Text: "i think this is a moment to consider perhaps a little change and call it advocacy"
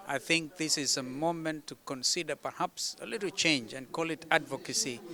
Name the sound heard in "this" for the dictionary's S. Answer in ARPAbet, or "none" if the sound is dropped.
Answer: S